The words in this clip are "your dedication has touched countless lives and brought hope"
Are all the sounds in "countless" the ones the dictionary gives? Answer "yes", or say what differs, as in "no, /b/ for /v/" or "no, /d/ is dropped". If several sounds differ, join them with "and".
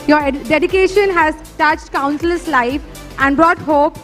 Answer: no, /s/ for /t/